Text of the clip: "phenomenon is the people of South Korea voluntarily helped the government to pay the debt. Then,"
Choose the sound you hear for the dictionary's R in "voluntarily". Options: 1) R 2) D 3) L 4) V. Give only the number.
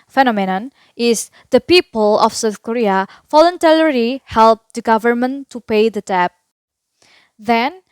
3